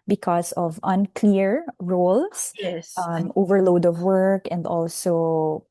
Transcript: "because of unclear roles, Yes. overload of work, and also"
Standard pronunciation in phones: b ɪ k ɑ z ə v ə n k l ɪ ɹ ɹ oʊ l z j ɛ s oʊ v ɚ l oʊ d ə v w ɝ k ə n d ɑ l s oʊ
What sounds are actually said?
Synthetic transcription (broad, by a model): b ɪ k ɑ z ə v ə n k l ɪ ɹ ɹ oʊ l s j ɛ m oʊ v ɚ l oʊ d ə v w ɝ k ə n d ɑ l s oʊ